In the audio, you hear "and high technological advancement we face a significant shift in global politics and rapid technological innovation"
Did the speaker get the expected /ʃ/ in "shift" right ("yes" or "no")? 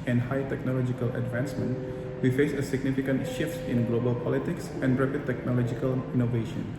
yes